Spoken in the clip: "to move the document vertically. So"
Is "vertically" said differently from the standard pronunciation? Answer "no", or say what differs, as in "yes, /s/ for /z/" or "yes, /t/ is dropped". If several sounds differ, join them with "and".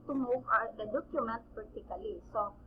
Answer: yes, /p/ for /v/